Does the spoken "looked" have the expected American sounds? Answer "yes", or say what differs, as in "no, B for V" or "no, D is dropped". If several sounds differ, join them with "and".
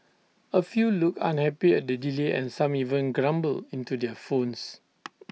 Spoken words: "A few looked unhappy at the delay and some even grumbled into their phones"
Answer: no, T is dropped